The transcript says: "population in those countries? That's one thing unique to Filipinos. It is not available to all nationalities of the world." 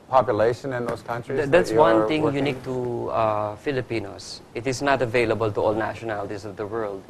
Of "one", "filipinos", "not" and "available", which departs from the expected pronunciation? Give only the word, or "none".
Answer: filipinos